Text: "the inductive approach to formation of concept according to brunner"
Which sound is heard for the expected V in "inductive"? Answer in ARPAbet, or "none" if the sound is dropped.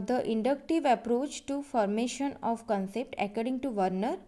V